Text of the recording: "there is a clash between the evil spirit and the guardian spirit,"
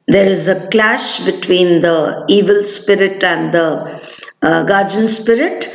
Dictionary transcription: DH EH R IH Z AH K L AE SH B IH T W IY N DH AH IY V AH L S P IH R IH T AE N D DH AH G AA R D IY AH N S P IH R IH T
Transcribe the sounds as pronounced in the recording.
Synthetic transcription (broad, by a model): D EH R IH Z AH K L AE SH B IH T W IY N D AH IY V AH L S P IH R IH T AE N D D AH G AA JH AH N S P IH R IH T